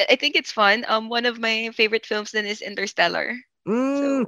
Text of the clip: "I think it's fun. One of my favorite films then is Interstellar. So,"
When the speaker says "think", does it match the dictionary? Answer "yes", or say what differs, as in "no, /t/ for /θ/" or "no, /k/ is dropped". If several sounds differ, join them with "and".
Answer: yes